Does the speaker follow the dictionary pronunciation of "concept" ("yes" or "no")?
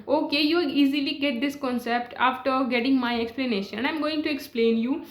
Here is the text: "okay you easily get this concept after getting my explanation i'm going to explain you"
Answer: yes